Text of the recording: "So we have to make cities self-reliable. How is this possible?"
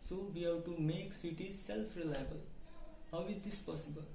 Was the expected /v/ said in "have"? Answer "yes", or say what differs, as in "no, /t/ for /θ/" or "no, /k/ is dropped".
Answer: no, /w/ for /v/